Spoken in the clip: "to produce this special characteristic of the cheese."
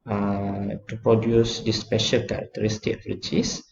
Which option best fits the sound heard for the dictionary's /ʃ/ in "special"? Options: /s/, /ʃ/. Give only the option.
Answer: /ʃ/